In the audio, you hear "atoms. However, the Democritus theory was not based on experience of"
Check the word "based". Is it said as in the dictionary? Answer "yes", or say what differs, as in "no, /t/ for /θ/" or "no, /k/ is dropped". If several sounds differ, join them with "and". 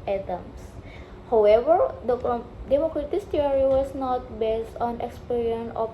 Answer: yes